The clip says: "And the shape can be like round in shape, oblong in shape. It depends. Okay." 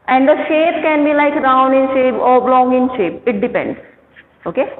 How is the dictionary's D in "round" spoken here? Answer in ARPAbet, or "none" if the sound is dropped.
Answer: none